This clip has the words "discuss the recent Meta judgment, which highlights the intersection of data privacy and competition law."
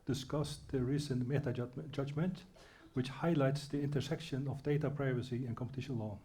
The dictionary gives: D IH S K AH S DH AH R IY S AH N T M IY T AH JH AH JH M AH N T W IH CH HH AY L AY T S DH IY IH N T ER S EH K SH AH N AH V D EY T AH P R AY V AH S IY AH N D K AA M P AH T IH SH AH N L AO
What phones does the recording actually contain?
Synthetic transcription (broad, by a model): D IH S K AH S DH AH R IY S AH N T M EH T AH JH AH JH M AH N T W IH CH HH AY L AY T S DH IY IH N T ER S EH K SH AH N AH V D EY T AH P R AY V AH S IY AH N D K AA M P AH T IH SH AH N L AO